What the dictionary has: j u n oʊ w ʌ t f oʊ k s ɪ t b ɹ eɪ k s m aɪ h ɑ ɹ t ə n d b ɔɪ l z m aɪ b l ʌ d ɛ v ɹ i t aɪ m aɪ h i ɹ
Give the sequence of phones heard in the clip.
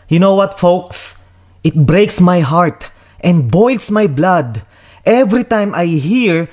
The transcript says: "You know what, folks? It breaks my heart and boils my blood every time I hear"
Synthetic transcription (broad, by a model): j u n oʊ w ʌ t f oʊ k s ɪ t b ɹ eɪ k s m aɪ h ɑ ɹ t ə n d b ɔɪ l s m aɪ b l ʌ d ɛ v ɹ i t aɪ m aɪ h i ɹ